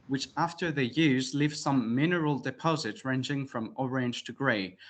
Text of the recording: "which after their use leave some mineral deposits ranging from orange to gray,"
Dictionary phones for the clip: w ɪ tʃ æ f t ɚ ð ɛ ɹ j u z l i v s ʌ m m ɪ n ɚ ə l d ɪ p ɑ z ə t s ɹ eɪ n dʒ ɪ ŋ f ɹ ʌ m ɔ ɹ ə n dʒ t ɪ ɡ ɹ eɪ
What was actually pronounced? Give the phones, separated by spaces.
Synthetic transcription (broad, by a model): w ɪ tʃ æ f t ɚ ð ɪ j u z l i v s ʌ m m ɪ n ɚ ə l d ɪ p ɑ z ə t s ɹ eɪ n dʒ ɪ ŋ f ɹ ʌ m ɔ ɹ ə n dʒ t ɪ ɡ ɹ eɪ